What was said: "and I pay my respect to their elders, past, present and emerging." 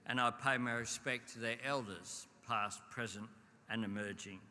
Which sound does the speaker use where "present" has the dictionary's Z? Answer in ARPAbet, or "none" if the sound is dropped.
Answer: Z